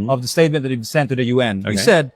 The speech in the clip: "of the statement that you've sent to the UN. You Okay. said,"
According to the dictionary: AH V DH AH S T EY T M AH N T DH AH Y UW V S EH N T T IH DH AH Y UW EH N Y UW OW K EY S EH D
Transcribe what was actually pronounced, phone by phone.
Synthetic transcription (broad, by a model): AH V DH AH S T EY T M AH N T DH AH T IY B S EH N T T IH DH AH Y UW EH N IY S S EH D